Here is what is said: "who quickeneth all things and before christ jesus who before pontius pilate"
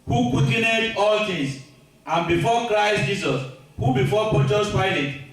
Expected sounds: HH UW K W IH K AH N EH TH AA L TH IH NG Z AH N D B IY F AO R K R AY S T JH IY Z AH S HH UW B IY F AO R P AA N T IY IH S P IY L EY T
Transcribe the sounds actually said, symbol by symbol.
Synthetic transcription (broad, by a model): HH UW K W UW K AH N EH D AA L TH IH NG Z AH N B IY F AO K R AY S T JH IY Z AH S HH UW B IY F AO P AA T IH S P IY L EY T